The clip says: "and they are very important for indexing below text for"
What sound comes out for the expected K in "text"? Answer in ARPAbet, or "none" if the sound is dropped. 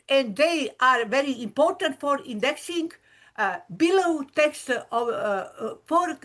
K